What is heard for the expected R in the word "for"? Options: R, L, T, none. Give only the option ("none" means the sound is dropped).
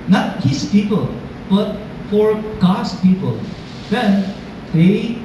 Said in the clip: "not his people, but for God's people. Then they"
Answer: R